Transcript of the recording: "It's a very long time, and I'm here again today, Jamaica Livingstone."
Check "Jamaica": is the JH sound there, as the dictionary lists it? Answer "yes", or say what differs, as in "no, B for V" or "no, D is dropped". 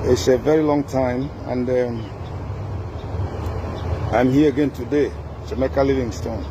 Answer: no, SH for JH